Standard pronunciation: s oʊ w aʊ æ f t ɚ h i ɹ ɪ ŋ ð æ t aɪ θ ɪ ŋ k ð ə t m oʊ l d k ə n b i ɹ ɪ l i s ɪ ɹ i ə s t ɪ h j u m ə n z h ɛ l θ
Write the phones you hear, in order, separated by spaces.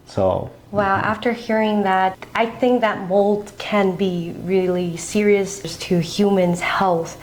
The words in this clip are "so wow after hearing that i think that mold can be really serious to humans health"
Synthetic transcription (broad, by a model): s oʊ w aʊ æ f t ɚ h i ɹ ɪ ŋ ð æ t aɪ θ ɪ ŋ k ð ə t m oʊ l d k ə n b i ɹ ɪ l i s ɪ ɹ i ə s t ɪ h j u m ə n z h ɛ l θ